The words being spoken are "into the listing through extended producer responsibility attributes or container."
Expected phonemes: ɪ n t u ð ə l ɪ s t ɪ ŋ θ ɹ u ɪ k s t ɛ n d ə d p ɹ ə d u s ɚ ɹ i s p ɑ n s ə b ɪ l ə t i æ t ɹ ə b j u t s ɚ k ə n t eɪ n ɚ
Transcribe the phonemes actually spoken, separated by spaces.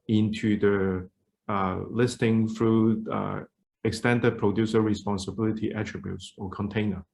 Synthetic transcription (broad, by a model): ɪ n t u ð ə l ɪ s t ɪ ŋ f ɹ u ɪ k s t ɛ n d ə d p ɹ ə d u s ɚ ɹ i s p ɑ n s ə b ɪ l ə t i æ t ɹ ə b j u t s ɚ k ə n t eɪ n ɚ